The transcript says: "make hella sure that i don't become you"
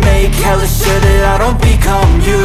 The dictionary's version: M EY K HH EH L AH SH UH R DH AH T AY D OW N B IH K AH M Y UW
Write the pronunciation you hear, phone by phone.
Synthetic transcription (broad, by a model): M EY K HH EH L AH S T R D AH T AY D OW N B IH K AH M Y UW